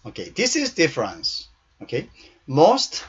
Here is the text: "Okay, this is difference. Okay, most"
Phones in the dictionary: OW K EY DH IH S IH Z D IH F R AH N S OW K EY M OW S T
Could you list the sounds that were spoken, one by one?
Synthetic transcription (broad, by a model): OW K EY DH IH S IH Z D IH F R AH N S OW K EY M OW S T